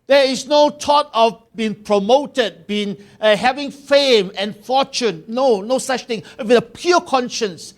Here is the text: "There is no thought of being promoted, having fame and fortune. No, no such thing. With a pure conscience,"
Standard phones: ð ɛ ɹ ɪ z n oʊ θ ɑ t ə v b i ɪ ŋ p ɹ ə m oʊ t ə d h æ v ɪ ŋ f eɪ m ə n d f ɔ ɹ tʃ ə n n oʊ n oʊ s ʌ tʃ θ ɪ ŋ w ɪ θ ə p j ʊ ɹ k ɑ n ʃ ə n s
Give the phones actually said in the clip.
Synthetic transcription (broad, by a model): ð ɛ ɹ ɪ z n oʊ t ɑ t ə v b i ɪ ŋ p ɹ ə m oʊ t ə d h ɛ v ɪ ŋ f eɪ m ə n f ɔ tʃ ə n n oʊ n oʊ s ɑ tʃ t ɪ ŋ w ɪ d ə p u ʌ k ɑ n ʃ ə n s